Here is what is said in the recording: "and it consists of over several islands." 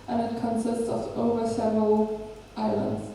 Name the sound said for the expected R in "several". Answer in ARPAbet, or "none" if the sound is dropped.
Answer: none